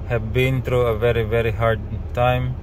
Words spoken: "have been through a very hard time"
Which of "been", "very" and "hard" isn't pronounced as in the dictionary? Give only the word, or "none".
none